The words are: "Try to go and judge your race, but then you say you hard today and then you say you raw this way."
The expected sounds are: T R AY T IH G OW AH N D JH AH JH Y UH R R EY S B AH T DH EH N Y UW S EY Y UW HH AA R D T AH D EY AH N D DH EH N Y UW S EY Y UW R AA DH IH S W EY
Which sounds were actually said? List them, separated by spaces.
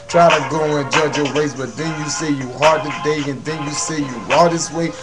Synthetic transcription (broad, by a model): T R AY T IH G OW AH N JH AH JH Y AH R W EY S B AH T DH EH N Y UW S EY Y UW HH AA R D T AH D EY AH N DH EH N Y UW S EY Y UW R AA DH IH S W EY